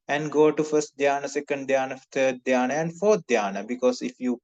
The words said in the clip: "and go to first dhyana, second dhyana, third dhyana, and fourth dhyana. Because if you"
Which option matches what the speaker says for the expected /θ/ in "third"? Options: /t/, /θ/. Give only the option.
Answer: /t/